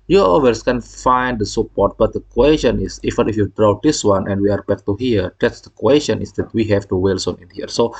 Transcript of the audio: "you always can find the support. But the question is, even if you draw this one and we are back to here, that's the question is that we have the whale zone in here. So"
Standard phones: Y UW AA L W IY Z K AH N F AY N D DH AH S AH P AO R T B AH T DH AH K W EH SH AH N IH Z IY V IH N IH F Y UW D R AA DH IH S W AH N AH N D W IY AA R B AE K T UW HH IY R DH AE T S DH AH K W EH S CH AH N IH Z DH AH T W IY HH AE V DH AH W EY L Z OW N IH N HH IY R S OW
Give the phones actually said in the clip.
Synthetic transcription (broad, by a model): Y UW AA W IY S K AH N F AY N D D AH S AH P AO R T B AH T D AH K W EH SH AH N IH S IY F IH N IH F Y UW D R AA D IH S W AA N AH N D W IY AA R B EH K T UW HH IY R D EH T S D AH K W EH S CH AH N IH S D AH T W IY HH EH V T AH W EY L S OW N IH N HH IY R S OW